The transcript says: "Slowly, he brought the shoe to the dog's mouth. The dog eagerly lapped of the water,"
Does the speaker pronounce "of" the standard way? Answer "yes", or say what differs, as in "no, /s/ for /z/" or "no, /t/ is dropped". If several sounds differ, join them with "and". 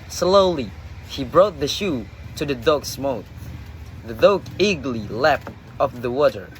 no, /p/ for /v/